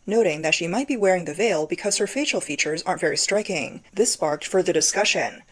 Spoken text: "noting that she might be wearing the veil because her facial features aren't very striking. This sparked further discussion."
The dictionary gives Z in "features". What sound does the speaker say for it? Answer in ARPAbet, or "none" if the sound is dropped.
Z